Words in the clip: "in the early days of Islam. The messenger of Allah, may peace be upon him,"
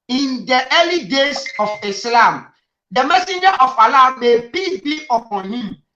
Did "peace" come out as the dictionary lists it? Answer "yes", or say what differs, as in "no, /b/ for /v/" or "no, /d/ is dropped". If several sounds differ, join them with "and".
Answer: no, /s/ is dropped